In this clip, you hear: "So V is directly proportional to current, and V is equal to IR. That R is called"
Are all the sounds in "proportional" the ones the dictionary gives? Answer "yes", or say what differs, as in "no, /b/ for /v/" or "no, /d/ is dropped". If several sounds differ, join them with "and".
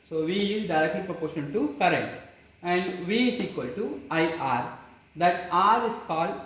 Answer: no, /n/ is dropped and /n/ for /l/